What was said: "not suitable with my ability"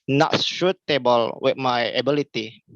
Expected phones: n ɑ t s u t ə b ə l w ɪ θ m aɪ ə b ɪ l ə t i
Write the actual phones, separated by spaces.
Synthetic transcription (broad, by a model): n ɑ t ʃ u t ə b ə l w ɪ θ m aɪ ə b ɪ l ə t i